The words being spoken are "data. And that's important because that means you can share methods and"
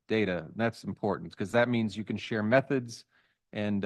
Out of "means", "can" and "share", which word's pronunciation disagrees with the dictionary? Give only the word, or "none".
none